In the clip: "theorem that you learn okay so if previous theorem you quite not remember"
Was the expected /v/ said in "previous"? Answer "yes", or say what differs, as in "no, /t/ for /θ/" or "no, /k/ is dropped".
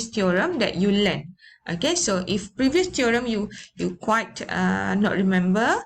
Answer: yes